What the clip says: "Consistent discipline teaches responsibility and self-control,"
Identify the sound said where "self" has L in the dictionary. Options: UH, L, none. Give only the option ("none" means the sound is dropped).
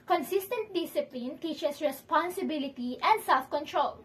L